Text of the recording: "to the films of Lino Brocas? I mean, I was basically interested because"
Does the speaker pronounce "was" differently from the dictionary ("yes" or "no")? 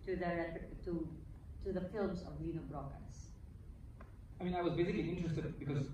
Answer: no